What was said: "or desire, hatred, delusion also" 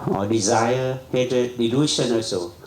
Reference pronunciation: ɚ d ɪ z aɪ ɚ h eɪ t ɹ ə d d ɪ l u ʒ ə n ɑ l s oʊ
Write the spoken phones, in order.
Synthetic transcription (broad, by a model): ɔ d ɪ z aɪ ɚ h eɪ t ə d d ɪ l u ʃ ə n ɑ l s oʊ